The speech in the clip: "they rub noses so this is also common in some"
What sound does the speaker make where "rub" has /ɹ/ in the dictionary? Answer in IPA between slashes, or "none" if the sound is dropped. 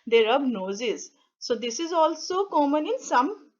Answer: /ɹ/